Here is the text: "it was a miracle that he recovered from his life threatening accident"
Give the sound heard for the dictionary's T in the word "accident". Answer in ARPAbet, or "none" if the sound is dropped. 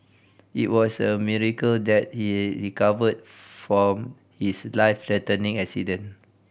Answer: none